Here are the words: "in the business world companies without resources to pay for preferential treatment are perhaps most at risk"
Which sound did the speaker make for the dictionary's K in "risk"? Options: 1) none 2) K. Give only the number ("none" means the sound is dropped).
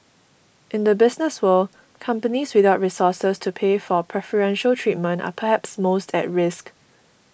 2